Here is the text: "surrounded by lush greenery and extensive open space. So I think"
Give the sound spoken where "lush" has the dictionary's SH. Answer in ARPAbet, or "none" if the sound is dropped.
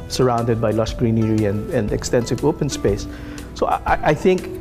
S